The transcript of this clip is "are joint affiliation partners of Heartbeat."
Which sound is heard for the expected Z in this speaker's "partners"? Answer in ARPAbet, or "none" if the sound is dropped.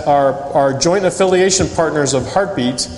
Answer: Z